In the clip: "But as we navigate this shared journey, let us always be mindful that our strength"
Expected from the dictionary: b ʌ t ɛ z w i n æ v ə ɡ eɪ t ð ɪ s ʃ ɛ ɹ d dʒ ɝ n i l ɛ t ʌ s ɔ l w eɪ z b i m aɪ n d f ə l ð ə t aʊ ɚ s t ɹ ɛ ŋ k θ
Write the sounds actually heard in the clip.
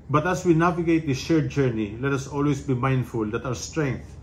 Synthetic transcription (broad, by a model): b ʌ t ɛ s w i n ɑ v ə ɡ eɪ t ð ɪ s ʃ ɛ ɹ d dʒ ɝ n i l ɛ t ʌ s ɔ l w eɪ s b i m aɪ n d f ə l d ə t aʊ ɚ s t ɹ ɛ ŋ k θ